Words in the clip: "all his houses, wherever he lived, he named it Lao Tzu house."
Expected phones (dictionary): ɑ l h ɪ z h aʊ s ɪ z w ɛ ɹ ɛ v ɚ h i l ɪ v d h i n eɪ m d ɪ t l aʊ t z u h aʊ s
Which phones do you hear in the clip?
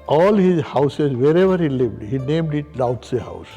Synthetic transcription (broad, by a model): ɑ l h ɪ z h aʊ s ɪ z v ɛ ɹ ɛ v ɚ h i l ɪ v d h i n eɪ m d ɪ t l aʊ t s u h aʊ s